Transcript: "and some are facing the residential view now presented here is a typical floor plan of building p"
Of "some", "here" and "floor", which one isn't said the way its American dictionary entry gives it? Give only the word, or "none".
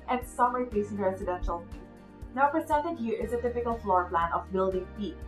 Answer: none